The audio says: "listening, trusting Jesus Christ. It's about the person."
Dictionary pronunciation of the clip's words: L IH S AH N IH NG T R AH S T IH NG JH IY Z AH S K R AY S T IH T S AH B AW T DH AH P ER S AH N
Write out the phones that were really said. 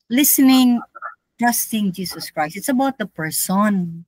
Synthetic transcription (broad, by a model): L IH S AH N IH NG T R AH S T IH NG JH IY S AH S K R AY S T IH T S AH B AW T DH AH P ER S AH N